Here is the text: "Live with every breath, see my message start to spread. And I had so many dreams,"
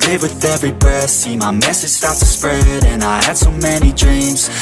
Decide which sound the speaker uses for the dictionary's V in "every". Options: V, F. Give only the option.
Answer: V